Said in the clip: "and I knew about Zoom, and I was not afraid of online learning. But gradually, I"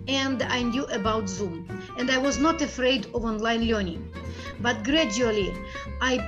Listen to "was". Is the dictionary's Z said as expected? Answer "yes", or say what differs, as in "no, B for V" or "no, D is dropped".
yes